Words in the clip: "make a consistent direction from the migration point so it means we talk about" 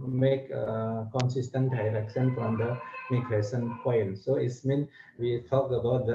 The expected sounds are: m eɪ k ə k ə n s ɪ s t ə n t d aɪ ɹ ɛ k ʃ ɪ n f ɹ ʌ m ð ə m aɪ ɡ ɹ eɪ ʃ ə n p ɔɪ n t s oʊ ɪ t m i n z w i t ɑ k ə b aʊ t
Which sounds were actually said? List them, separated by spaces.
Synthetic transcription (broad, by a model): m eɪ k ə k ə n s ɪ s t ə n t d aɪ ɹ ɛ k s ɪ n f ɹ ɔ m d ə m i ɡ ɹ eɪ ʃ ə n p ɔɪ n s oʊ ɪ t m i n w i t ɑ k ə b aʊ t